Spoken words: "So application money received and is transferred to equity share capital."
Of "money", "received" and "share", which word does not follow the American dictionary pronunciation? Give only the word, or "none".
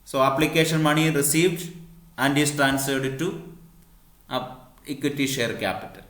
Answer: none